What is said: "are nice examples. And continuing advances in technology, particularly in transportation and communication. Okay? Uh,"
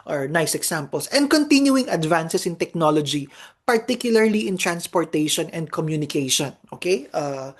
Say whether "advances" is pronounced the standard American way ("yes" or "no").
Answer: no